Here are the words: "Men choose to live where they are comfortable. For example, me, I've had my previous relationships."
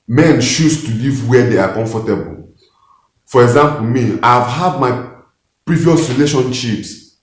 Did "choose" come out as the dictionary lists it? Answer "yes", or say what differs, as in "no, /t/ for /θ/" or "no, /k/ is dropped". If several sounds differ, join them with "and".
no, /ʃ/ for /tʃ/